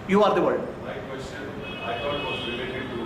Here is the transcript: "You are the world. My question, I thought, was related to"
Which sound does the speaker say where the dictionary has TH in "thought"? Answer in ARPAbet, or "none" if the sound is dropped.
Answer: T